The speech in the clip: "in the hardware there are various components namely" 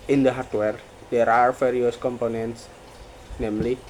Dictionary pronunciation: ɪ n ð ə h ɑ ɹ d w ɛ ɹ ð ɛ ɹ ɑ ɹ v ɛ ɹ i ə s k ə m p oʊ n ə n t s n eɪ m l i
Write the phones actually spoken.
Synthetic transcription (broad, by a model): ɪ n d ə h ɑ ɹ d w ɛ ɹ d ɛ ɹ ɑ ɹ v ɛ ɹ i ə s k ə m p oʊ n ə n t s n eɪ m l i